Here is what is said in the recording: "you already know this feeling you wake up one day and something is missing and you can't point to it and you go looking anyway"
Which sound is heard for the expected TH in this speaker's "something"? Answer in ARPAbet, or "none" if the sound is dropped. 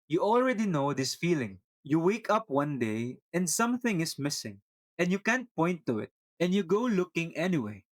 TH